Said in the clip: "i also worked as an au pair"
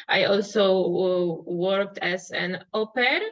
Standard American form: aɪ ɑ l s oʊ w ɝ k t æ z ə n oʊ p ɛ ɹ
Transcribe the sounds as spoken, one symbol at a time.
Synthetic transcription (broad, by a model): aɪ ɑ l s oʊ w ɝ k t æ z ə n oʊ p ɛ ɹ